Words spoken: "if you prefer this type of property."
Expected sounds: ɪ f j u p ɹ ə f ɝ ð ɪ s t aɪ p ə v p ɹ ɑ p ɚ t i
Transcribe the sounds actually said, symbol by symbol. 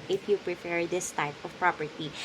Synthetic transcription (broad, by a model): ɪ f j u p ɹ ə p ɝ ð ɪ s t aɪ p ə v p ɹ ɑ p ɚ t i